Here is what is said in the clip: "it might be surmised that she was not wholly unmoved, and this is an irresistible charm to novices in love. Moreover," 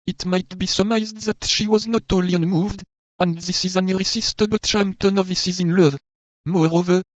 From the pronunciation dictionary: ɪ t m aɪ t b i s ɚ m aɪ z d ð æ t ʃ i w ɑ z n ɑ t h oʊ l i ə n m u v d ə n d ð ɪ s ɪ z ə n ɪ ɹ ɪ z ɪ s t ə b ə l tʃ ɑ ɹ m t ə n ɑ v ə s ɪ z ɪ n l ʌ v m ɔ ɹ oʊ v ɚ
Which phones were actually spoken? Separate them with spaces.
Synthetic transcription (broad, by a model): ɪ t m aɪ t b i s ɚ m aɪ z d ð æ t ʃ i w ɑ z n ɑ t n l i ə n m u v d ə n d ð ɪ s ɪ z ə n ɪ ɹ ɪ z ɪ s t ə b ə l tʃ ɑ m t ə n ɑ v ə s ɪ z ɪ n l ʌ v m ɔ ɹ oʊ v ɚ